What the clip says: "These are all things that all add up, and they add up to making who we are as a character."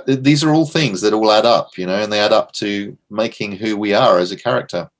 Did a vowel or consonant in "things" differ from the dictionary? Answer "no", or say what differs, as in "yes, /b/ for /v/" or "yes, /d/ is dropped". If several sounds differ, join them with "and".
no